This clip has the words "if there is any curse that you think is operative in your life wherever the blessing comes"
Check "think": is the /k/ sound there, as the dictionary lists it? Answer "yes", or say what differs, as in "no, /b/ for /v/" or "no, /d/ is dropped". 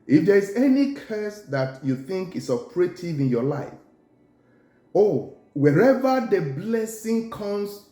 yes